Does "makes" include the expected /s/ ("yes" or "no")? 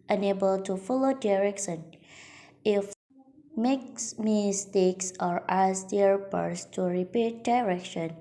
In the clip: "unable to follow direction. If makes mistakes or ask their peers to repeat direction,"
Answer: yes